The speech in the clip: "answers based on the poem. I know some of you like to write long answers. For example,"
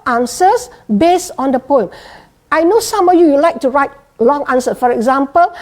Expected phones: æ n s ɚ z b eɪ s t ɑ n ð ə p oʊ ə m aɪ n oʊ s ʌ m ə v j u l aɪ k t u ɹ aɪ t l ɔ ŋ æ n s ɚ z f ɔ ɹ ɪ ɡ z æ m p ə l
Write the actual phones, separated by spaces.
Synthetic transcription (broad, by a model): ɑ n s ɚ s b eɪ s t ɑ n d ə p oʊ ə m aɪ n oʊ s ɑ m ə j j u l aɪ k t u ɹ aɪ t l ɔ ŋ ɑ n s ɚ f ɔ ɹ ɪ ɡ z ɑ m p ə l